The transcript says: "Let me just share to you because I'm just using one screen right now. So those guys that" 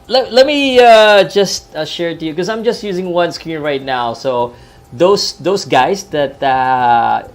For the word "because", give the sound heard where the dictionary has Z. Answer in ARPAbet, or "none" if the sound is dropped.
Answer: none